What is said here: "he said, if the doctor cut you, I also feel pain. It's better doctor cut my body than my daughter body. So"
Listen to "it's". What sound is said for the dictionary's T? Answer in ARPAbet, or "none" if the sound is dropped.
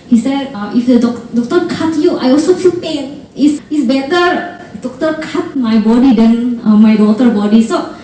S